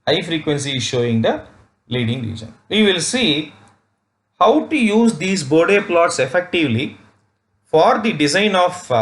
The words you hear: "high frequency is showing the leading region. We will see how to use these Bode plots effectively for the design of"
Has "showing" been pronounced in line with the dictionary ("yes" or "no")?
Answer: yes